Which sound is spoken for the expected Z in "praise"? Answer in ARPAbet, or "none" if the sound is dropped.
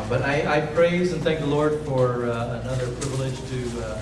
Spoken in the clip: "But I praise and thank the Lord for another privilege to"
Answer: Z